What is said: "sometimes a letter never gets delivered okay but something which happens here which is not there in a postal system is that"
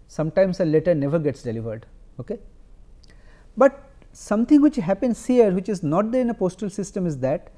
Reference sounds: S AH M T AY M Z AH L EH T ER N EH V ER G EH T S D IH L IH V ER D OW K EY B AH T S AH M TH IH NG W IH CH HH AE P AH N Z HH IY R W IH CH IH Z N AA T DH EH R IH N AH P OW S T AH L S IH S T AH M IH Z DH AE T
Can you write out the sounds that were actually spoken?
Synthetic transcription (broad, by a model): S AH M T AY M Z AH L EH T ER N EH V ER G EH T S D IH L IH V ER D OW K EY B AH T S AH M T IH NG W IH CH HH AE P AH N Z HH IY R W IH CH IH Z N AA T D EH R IH N AH P OW S T AH L S IH S T AH M IH Z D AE T